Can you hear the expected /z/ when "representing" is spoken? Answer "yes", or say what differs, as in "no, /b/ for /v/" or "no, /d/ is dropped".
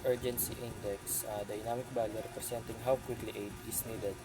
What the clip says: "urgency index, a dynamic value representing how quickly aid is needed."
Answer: no, /s/ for /z/